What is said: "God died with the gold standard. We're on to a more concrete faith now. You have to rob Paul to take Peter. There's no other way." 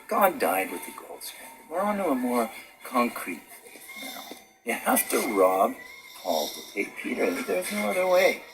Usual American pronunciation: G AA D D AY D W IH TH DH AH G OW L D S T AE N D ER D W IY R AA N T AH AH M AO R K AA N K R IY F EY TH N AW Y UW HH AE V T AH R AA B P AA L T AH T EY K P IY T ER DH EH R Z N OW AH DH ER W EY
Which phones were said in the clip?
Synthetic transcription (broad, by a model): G AA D D AY D W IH DH AH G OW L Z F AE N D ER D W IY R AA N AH AH M AO R K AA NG K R IY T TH N AW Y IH HH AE F T AH R AA B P AA L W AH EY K P IY T ER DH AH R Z N OW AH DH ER W EY